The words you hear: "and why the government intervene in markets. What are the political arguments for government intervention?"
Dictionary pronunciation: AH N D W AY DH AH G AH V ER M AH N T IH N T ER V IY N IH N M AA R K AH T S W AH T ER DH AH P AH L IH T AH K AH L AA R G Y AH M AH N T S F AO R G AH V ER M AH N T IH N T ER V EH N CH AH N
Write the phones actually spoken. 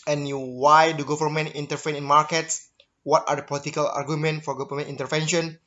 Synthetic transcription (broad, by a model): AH N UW W AY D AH G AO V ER M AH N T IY N T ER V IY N IH N M AA R K AH T S W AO T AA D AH P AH L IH T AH K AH L AA R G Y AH M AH N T F AO R G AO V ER M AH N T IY N T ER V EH N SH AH N